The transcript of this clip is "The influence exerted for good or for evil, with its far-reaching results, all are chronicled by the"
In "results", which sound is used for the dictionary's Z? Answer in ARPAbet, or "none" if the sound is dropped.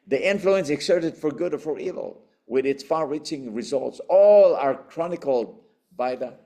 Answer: Z